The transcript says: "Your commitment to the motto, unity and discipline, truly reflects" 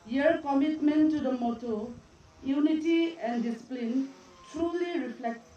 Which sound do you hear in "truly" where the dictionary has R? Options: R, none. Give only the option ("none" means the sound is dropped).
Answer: R